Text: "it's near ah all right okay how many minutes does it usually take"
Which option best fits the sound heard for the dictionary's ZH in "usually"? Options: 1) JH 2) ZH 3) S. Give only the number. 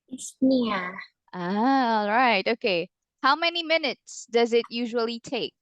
2